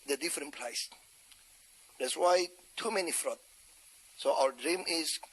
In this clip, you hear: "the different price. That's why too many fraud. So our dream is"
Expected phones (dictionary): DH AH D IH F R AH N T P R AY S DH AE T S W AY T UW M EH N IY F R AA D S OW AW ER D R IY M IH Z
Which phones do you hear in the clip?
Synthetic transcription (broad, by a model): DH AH D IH F R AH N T P L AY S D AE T S W AY T UW M EH N IY F R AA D S OW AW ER D R IY M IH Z